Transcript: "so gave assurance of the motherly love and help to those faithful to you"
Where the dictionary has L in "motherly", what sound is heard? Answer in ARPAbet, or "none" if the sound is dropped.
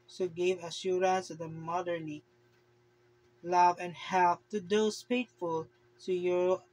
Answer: N